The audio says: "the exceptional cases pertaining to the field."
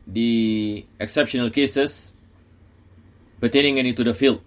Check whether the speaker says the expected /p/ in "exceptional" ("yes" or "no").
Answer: yes